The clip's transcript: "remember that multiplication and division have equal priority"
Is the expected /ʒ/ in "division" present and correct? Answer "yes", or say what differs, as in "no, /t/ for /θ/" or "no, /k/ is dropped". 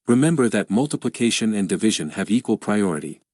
yes